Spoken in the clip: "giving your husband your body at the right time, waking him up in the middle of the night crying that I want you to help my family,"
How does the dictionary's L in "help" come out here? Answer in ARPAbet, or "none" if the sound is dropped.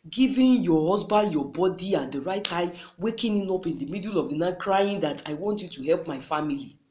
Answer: L